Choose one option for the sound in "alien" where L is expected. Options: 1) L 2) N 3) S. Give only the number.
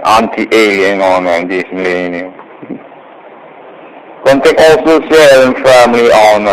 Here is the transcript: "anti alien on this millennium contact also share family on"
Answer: 1